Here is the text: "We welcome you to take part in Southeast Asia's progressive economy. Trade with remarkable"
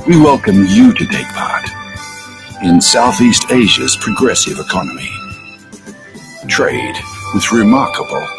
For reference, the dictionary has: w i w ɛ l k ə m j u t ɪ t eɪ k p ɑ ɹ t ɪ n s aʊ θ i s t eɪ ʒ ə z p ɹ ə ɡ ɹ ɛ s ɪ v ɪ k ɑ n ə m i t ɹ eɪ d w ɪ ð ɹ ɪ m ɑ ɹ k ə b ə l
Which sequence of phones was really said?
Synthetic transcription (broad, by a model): w i w ɛ l k ə m j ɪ t ɪ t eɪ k p ɑ ɹ t ɪ n s aʊ θ i s t eɪ ʒ ə z p ɹ ə ɡ ɹ ɛ s ɪ v ɪ k ɑ n ə m i t ɹ eɪ d w ɪ ð ɹ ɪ m ɑ ɹ k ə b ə l